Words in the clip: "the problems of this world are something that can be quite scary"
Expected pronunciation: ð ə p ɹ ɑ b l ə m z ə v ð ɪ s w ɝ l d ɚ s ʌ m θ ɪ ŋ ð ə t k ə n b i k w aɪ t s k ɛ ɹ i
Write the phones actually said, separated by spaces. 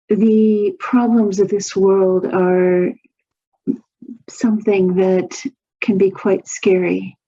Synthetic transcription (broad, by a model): ð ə p ɹ ɑ b l ə m z ə v ð ɪ s w ɝ l d ɚ s ʌ m θ ɪ ŋ ð ə t k ə n b i k w aɪ t s k ɛ ɹ i